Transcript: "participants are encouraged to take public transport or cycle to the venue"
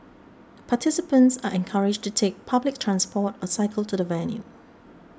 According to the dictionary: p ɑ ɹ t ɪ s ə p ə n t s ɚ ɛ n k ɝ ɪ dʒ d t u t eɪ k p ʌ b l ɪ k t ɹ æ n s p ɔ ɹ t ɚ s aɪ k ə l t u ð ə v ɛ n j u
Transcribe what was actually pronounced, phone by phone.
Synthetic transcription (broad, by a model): p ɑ t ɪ s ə p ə n t s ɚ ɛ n k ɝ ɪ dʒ t u t eɪ k p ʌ b l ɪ k t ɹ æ n s p ɔ t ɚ s aɪ k ə l t u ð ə v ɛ l j u